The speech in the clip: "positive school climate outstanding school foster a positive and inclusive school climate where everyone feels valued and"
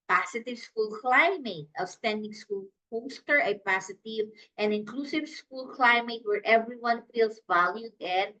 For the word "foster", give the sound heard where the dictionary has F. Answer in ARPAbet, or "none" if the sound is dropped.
P